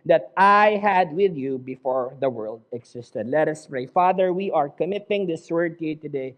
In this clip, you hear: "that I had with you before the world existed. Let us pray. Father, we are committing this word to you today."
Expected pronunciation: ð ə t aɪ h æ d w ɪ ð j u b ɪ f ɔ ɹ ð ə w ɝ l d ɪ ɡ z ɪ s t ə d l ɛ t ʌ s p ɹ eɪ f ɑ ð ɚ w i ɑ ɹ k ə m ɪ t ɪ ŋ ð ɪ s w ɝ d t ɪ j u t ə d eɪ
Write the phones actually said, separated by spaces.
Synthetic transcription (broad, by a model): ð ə t aɪ h æ d w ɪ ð j u b ɪ f ɔ ɹ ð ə w ɝ l d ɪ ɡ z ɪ s t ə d l ɛ t ʌ s p ɹ eɪ f ɑ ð ɚ w i ɑ ɹ k ə m ɪ t ɪ ŋ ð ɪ s w ɝ d t ɪ j u t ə d eɪ